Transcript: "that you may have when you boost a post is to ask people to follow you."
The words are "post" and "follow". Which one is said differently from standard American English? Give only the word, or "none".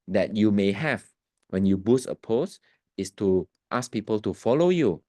post